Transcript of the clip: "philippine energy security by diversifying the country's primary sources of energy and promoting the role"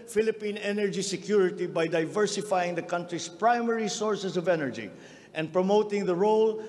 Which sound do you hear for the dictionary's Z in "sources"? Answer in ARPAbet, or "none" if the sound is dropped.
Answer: S